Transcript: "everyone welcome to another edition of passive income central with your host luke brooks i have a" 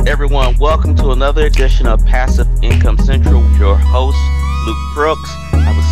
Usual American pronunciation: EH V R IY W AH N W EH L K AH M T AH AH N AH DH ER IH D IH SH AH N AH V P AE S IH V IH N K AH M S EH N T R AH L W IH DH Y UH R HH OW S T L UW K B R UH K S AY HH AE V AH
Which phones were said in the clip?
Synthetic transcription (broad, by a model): EH V R IY W AH N W EH L K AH M T AH AH N AH DH ER IH D IH SH AH N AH P AE S IH V IH N K AH M S EH N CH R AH L W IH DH Y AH R HH OW S T L UW K B R UH K S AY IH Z